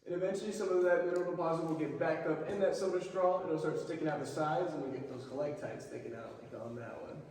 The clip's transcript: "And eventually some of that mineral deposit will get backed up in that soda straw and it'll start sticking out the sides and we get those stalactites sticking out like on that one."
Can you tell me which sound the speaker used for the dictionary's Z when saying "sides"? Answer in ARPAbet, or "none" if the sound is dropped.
Z